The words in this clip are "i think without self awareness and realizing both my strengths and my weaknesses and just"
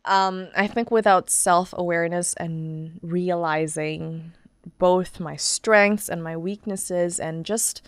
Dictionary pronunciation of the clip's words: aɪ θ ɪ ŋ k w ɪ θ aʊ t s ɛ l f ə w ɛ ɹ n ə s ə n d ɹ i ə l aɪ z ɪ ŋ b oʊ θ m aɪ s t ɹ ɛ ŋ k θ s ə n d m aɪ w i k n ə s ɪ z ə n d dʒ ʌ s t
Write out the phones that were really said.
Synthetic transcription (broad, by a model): aɪ θ ɪ ŋ k w ɪ θ aʊ t s ɛ l f ə w ɛ ɹ n ə s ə n ɹ i ə l aɪ z ɪ ŋ b oʊ θ m aɪ s t ɹ ɛ ŋ k θ s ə n m aɪ w i k n ə s ɪ z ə n dʒ ʌ s t